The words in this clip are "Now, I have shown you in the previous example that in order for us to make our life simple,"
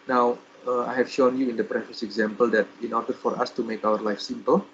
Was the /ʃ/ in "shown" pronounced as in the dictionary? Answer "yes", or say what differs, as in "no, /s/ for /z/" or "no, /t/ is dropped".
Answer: yes